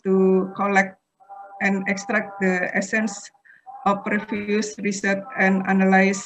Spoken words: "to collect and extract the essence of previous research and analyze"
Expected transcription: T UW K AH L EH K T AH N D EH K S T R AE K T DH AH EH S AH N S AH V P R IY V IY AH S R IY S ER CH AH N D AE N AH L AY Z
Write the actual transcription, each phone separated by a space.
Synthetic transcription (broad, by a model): T UW K AH L EH K T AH N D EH K S T R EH K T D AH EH S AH N S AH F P R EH F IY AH S R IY S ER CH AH N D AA N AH L AY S